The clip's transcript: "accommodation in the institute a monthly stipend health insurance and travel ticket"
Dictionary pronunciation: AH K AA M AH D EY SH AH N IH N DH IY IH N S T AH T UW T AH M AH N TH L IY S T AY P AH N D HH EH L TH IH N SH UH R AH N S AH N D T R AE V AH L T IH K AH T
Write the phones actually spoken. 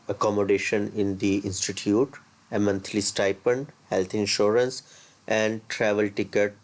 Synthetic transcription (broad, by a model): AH K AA M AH D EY SH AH N IH N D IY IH N S T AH T UW T AH M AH N T L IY S T AY P AH N D HH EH L T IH N SH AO R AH N S AH N D T R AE V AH L T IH K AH T